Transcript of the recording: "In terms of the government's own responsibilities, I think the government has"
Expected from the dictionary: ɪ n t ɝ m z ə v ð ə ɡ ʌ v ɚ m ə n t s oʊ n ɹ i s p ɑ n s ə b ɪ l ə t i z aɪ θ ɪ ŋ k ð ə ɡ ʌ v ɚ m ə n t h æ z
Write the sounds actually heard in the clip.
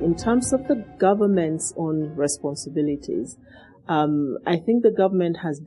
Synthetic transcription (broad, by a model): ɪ n t ɝ m z ə v ð ə ɡ ʌ v ɚ m ə n t s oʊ n ɹ i s p ɑ n s ə b ɪ l ə t i z aɪ θ ɪ ŋ k ð ə ɡ ʌ v ɚ m ə n t h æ z